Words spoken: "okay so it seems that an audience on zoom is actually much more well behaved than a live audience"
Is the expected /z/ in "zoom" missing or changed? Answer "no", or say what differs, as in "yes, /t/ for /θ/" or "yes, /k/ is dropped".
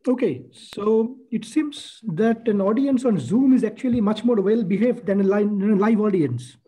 no